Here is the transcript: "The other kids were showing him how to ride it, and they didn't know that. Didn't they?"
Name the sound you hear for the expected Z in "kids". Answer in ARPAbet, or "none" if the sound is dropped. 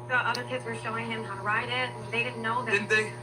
Z